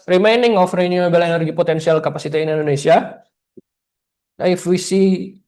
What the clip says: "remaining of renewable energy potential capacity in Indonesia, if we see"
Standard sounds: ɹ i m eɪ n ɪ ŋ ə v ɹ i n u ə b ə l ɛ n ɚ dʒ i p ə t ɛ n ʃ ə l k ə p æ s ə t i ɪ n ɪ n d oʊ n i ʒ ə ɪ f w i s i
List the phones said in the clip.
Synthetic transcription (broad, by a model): ɹ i m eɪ n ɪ ŋ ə f ɹ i n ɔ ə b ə l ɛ n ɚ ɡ i p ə t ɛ n s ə l k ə p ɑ s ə t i ɪ n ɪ n d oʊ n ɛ s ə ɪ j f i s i